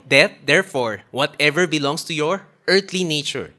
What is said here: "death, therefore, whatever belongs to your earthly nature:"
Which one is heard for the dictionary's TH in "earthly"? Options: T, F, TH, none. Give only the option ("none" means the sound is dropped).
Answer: T